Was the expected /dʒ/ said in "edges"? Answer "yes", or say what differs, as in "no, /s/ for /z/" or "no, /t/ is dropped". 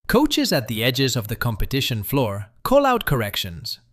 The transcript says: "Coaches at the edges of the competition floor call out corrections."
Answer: yes